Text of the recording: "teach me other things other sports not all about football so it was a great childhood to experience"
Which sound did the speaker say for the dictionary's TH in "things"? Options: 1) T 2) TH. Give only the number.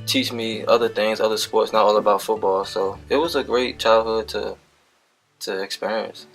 2